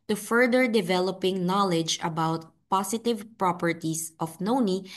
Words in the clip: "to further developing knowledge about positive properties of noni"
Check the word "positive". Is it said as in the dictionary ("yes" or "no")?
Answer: no